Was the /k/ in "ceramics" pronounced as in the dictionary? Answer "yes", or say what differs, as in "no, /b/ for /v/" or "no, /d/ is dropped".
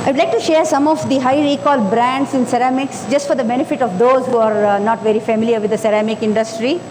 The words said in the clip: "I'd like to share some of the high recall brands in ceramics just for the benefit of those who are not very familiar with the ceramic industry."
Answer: yes